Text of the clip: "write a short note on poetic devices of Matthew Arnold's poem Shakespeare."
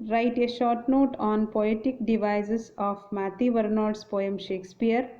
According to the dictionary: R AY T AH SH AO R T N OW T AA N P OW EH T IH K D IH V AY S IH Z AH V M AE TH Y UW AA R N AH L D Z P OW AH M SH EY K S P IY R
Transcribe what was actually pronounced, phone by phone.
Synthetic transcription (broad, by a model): R AY T AH SH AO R T N OW T AA N P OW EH T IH K D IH V AY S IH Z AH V M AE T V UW R N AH D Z P OW AH M SH EY K S P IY R